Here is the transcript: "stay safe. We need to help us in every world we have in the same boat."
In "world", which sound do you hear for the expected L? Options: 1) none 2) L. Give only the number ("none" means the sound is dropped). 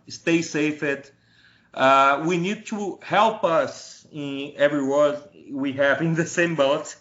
1